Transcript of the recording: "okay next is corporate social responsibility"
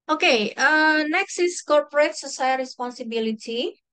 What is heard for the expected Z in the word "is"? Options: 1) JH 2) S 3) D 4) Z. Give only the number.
2